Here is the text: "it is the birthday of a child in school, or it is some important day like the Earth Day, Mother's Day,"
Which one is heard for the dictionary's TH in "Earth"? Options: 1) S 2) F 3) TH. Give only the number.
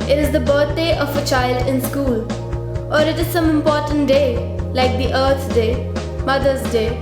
1